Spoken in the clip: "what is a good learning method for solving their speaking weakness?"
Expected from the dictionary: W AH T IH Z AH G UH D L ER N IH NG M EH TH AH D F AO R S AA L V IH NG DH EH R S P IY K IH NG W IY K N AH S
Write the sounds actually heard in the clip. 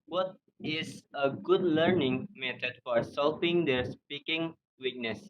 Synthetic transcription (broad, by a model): W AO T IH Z AH G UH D L ER N IH NG M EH T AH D F AO R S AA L P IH NG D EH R S P IY K IH NG W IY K N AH S